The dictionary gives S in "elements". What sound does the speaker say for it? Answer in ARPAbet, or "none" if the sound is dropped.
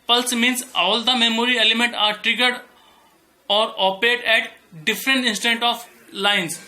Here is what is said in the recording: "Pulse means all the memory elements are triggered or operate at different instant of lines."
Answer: none